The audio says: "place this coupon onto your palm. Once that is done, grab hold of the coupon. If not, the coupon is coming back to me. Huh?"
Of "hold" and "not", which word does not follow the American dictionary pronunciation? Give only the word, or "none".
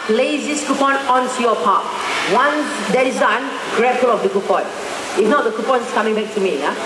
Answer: hold